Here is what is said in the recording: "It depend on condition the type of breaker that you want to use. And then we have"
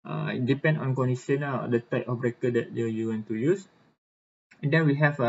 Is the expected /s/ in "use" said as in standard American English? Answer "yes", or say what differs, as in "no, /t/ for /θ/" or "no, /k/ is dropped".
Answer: yes